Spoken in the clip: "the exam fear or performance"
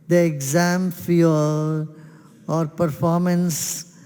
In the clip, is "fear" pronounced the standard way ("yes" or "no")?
no